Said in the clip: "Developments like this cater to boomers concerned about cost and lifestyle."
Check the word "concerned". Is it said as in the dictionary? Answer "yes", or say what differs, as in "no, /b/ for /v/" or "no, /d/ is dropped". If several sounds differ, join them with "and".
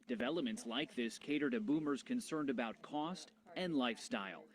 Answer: yes